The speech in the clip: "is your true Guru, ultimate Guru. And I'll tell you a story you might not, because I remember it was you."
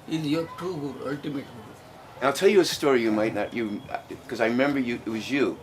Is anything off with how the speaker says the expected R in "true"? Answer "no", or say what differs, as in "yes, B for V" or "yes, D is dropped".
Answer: yes, R is dropped